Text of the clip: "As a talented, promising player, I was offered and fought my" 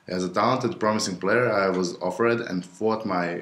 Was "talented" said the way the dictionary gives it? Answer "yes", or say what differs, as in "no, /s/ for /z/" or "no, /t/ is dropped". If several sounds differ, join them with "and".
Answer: yes